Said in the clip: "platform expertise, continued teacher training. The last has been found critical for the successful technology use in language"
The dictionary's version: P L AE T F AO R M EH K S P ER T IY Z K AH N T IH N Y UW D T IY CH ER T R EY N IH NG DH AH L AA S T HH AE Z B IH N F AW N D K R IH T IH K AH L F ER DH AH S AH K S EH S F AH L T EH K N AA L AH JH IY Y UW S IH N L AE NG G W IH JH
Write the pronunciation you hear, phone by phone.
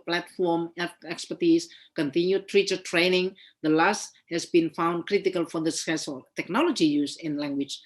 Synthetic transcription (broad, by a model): P L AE T F AO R M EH K S P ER T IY S K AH N T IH N Y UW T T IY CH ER T R EY N IH NG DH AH L AA S T HH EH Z B IH N F AW N D K R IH T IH K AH L F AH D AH S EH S AH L T EH K N AA L AH JH IY Y UW S IH N L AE NG G W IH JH